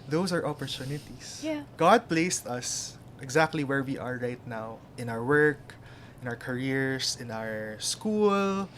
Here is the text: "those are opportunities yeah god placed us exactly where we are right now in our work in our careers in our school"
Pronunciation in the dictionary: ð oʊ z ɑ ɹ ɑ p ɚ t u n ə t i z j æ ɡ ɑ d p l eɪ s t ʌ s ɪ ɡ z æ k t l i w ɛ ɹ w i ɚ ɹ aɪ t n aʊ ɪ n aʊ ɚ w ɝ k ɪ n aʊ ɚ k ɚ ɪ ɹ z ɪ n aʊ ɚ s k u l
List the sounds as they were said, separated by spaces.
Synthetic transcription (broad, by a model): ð oʊ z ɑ ɹ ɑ p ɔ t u n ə t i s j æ ɡ ɑ d p l eɪ s t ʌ s ɪ ɡ z æ k t l i w ɛ ɹ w i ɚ ɹ aɪ t n aʊ ɪ n aʊ ɚ w ɝ k ɪ n aʊ ɚ k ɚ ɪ ɹ s ɪ n aʊ ɚ s k u l